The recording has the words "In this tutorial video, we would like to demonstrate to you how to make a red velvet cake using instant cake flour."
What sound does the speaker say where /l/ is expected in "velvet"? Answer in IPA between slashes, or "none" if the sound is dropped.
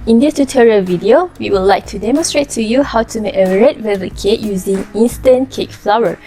none